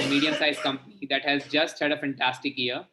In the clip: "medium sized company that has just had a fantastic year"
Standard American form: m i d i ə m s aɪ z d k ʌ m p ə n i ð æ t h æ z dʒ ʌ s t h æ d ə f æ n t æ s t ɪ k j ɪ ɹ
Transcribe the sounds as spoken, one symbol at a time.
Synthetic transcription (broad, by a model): m i d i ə m s aɪ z k ʌ m p ə n i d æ t h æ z dʒ ʌ s t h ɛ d ə f æ n t æ s t ɪ k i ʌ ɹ